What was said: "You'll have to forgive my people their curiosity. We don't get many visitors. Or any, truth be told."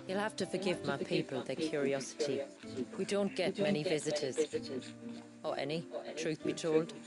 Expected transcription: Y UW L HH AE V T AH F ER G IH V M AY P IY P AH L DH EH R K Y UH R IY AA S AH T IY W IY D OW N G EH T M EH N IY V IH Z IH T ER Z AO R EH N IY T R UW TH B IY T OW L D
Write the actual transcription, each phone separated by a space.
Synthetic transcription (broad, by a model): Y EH L HH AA F T AH F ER G IH V M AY P IY P AH L DH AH K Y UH R IY AA S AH T IY W IY D OW N G EH T M EH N IY V IH Z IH T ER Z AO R EH N IY T R UW TH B IY T OW L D